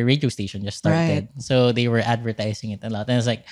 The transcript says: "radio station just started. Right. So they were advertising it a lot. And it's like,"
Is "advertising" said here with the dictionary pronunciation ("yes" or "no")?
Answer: no